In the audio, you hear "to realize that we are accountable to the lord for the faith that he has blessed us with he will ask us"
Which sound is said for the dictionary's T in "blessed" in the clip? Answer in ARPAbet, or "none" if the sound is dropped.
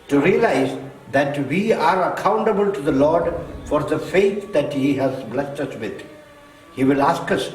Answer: T